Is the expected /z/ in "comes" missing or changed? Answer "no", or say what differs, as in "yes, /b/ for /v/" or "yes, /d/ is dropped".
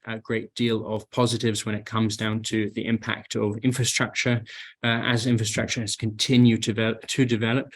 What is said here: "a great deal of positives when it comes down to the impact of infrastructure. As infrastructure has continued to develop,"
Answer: no